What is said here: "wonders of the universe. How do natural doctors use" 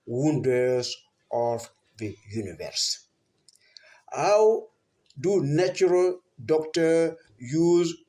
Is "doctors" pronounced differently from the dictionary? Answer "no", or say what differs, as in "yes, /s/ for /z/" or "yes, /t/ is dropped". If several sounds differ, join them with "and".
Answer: yes, /z/ is dropped